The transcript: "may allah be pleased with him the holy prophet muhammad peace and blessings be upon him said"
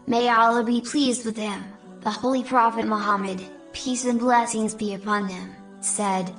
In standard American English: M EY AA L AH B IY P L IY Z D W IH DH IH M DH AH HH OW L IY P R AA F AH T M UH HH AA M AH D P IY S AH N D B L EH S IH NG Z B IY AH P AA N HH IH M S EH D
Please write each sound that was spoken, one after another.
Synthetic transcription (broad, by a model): M EY AA L AH B IY P L IY Z D W IH DH IH M DH AH HH OW L IY P R AA F AH T M UH HH AA M AH D P IY S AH N B L EH S IH NG Z B IY AH P AA N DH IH M S EH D